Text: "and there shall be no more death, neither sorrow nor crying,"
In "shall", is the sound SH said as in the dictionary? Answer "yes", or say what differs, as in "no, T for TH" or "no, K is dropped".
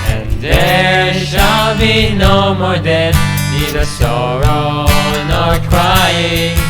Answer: yes